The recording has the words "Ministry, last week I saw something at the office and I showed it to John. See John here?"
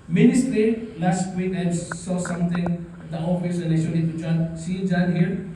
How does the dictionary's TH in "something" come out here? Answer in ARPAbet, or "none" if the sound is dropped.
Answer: T